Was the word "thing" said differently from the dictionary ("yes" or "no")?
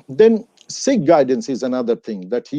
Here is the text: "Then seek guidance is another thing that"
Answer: no